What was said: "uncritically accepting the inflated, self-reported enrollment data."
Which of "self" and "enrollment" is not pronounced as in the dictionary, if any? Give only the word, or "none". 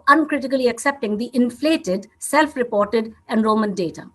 enrollment